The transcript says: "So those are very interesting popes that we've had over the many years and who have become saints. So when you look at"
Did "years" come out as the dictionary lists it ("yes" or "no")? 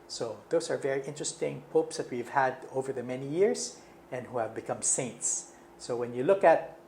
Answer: no